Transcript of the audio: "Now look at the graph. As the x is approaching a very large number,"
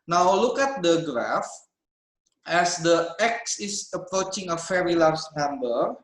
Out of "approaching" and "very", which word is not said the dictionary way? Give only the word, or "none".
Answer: very